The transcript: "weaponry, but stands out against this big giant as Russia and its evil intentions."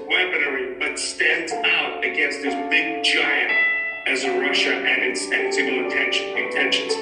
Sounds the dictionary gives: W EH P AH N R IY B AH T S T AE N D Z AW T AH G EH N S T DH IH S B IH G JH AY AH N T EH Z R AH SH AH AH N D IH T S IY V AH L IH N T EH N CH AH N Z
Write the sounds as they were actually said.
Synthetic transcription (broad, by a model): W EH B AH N R IY B AH T S T AE N D Z AW T AH G EH N S T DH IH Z B IH G JH AY AH N T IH Z R AH SH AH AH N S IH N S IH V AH N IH N T EH N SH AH N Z